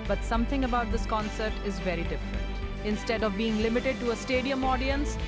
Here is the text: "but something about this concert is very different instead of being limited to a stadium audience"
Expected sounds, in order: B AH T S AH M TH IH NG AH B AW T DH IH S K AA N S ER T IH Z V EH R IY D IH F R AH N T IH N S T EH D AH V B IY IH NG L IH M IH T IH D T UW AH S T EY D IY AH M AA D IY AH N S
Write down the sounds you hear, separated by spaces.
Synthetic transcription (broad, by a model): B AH T S AH M T IH NG AH B AW T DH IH S K AA N S ER T IH Z V EH R IY D IH F R AH N T IH N S T EH D AH V B IY IH NG L IH M IH T IH D T UW AH S T EY D IY AH M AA D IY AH N S